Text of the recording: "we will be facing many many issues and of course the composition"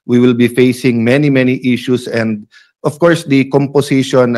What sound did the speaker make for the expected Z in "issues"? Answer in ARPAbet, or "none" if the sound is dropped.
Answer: S